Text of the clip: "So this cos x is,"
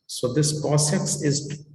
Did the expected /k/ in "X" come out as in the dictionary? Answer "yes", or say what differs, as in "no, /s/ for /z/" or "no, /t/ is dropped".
no, /k/ is dropped